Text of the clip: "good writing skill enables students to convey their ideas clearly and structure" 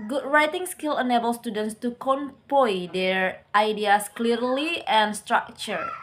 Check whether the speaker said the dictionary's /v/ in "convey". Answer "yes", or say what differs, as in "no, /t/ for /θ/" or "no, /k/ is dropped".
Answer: no, /p/ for /v/